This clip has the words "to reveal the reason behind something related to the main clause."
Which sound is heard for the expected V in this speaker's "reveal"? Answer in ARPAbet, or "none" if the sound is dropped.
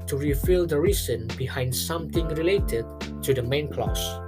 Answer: F